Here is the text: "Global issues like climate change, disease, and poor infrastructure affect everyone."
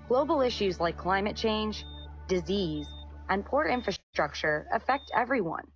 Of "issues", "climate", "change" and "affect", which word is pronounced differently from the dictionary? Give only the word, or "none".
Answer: none